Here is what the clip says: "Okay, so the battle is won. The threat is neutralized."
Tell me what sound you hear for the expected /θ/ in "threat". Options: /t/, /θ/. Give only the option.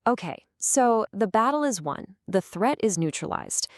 /θ/